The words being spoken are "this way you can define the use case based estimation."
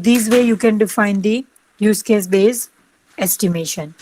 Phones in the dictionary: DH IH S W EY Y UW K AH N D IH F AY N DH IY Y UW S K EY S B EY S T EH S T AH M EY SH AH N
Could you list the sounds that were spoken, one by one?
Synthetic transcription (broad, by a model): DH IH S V EY Y UW K AH N D IH F AY N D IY Y UW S K EY S B EY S EH S T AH M EY SH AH N